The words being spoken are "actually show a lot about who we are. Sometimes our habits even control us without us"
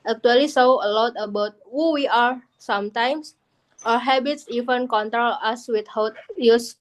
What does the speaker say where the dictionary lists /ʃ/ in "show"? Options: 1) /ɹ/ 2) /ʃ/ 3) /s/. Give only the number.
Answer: 3